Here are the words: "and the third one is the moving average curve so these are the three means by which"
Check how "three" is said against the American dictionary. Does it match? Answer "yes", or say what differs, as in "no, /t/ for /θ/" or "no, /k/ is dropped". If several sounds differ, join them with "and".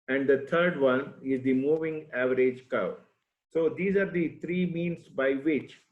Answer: no, /t/ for /θ/